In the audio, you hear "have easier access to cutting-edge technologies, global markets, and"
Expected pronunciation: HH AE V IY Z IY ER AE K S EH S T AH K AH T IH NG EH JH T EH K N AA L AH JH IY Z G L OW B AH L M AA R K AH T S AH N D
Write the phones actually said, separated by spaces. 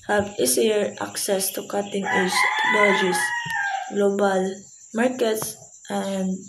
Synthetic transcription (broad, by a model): HH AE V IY S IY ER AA K S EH S T AH K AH T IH NG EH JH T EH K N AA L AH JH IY S G L OW B AH L M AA R K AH T S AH N D